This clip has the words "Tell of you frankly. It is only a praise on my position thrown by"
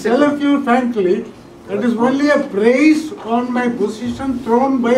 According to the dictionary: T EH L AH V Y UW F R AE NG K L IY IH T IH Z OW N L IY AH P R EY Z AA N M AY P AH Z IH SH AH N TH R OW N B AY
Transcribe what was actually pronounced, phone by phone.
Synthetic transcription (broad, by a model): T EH L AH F Y UW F AE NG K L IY IH T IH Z OW N L IY AH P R EY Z AA N M AY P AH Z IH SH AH N T R OW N B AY